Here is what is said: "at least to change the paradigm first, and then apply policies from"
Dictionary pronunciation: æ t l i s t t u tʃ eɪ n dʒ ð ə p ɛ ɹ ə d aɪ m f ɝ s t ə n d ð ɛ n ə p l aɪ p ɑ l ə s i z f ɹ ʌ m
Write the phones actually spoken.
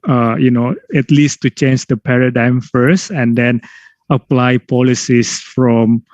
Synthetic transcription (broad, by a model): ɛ t l i s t t u tʃ eɪ n dʒ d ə p ɛ ɹ ə d aɪ m f ɝ s t ə n d ɛ n ə p l aɪ p ɑ l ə s i s f ɹ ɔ m